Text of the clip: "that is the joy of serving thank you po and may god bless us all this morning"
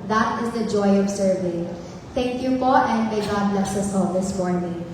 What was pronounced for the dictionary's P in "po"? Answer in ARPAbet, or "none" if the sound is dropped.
F